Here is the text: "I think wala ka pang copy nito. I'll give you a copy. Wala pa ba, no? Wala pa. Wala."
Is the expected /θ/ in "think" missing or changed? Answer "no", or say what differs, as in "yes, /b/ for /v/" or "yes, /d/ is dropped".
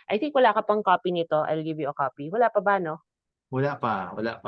yes, /s/ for /θ/